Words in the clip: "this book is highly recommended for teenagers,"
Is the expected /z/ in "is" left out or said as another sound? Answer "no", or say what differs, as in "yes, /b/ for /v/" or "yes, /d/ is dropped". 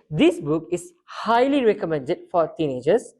yes, /s/ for /z/